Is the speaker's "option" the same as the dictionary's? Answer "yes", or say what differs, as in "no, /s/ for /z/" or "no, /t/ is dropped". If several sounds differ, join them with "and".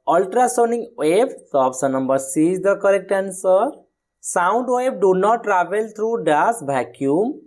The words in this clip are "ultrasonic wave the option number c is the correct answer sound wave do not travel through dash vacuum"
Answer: no, /s/ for /ʃ/